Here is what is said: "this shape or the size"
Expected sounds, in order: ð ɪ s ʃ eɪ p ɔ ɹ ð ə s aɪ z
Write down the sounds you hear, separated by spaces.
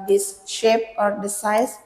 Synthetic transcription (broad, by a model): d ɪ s ʃ eɪ p ɔ ɹ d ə s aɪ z